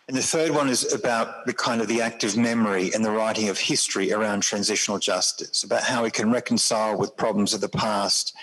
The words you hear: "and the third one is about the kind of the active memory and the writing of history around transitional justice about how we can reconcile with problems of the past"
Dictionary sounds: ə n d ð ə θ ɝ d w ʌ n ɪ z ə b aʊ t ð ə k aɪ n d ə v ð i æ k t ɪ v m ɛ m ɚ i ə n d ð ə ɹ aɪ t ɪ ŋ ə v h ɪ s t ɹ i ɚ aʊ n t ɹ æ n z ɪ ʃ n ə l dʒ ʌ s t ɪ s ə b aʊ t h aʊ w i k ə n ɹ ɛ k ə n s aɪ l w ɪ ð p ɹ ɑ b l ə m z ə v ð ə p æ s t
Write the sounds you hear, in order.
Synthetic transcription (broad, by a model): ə n ð ə θ ɝ d w ʌ n ɪ z ə b aʊ t ð ə k aɪ n d ə v ð i æ k t ɪ v m ɛ m ɚ i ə n ð ə ɹ aɪ t ɪ ŋ ə v h ɪ s t ɹ i ɚ aʊ n t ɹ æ n z ɪ ʃ n l dʒ ʌ s t ɪ s ə b aʊ t h aʊ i k ə n ɹ ɛ k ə n s aɪ l w ɪ ð p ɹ ɑ b l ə m z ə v ð ə p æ s t